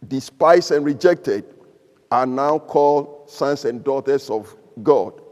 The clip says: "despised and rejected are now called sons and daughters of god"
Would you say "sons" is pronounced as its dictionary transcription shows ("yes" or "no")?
no